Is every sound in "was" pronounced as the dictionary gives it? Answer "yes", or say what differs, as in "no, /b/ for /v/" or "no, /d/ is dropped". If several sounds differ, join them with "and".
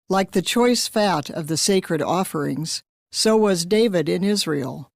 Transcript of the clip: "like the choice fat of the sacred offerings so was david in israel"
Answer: yes